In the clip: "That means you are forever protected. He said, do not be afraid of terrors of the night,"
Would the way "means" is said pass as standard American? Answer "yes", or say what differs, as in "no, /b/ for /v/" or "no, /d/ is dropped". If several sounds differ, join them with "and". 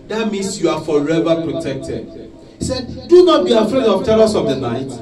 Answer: no, /s/ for /z/